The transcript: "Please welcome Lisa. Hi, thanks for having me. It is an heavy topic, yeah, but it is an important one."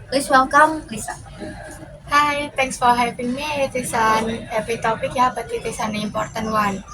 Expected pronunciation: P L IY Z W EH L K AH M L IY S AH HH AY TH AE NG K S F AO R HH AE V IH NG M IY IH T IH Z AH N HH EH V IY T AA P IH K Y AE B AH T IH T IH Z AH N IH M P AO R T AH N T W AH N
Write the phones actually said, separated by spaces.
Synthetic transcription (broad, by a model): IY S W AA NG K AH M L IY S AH HH AY T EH NG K S F AO R HH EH P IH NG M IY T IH S AH N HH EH P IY T AA P IH K Y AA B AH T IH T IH S AH N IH M P AO R T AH N W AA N